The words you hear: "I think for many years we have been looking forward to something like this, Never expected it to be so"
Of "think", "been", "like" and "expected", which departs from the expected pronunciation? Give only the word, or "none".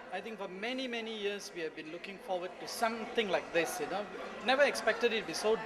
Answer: think